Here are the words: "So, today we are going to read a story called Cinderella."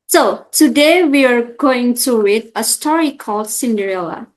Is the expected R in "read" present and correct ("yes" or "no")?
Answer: no